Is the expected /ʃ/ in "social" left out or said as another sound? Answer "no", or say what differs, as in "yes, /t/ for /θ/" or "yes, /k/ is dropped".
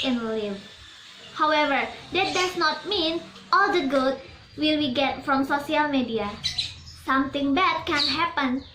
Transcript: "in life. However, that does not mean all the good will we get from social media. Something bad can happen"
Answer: yes, /s/ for /ʃ/